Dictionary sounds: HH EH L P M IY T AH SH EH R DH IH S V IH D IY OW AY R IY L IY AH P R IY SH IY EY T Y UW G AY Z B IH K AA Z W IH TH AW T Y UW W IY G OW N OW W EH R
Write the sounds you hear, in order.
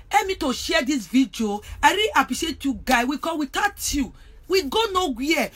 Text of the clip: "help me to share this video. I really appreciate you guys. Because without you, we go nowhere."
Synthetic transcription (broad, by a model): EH M IY T AH SH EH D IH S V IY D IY OW AY R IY IY P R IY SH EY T Y UW G AY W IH K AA W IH T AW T Y UW W IY G OW N OW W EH